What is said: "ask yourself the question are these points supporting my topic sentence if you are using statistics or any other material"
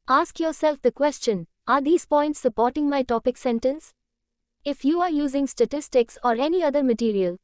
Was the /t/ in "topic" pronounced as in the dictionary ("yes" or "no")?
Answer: yes